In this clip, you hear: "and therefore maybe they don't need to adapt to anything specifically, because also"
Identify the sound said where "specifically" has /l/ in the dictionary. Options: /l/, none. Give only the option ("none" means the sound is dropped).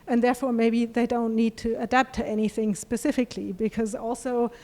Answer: /l/